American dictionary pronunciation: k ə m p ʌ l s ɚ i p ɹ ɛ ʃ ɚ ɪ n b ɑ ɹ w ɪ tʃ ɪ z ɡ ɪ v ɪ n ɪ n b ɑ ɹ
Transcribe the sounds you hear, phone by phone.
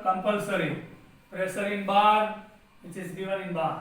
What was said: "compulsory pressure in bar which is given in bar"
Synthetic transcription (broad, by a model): k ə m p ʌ l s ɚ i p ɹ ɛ s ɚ ɪ n b ɑ ɹ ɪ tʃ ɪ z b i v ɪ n ɪ n b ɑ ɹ